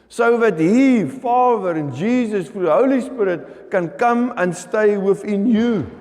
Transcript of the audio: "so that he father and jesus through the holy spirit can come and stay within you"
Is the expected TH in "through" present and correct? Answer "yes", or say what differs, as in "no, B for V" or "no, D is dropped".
no, F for TH